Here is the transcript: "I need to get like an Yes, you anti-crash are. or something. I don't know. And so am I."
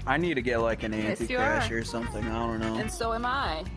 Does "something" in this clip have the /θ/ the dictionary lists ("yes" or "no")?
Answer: yes